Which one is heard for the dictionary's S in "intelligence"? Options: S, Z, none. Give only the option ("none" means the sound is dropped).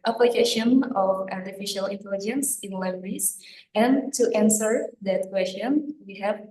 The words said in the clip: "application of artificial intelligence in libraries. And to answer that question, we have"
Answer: S